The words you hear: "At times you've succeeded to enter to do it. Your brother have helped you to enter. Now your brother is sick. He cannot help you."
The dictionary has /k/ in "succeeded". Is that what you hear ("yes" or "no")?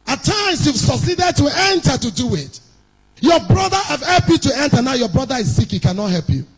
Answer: no